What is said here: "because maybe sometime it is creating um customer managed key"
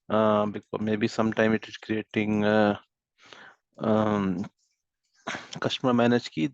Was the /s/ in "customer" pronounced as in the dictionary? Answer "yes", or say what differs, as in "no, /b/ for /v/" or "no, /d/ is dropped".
no, /ʃ/ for /s/